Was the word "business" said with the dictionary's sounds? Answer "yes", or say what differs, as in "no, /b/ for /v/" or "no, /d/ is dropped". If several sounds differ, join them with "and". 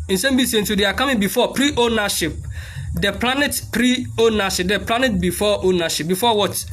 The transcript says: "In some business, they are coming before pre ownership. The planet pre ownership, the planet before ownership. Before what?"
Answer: no, /s/ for /z/